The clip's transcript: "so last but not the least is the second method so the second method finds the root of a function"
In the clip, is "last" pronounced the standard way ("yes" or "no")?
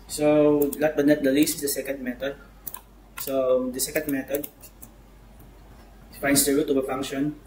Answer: no